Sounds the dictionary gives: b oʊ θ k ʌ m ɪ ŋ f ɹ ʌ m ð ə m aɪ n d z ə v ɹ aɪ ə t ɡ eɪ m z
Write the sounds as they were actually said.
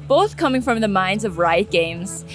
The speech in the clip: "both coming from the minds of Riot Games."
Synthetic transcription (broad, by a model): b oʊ θ k ʌ m ɪ ŋ f ɹ ʌ m ð ə m aɪ n d z ə v ɹ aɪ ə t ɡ eɪ m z